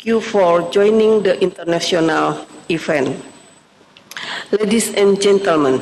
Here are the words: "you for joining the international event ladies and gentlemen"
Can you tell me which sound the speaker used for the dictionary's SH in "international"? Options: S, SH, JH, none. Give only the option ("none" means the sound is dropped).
S